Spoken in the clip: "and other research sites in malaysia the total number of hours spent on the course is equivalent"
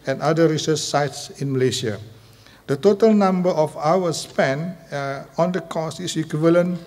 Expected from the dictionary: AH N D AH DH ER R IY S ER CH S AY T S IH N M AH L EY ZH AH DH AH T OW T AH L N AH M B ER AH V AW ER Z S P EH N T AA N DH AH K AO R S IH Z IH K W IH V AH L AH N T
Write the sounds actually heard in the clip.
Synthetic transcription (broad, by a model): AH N D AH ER R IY S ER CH S AY T S IH N M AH L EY SH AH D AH T OW T AH L N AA M B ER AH F AW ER S P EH N AA N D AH K AO S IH S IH K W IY V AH L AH N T